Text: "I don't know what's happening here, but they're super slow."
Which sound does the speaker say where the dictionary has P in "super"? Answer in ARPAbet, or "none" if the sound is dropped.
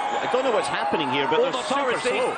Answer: none